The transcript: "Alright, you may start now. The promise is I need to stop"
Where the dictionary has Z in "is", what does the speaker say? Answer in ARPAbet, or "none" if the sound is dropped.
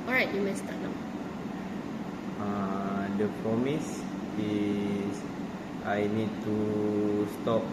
S